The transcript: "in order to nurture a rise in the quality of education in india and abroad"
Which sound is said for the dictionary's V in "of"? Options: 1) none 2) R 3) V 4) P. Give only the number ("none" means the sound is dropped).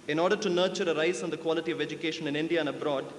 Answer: 3